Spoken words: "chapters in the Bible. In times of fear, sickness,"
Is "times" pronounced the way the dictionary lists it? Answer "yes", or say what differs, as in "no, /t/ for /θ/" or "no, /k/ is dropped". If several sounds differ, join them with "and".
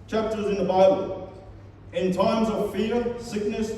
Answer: yes